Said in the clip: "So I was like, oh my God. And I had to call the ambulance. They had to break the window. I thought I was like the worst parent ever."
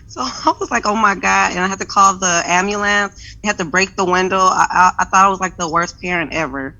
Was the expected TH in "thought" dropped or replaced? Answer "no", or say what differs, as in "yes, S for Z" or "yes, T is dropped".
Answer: no